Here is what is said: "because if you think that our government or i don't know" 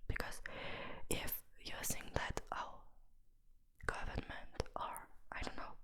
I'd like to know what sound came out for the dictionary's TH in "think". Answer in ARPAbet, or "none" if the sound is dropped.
S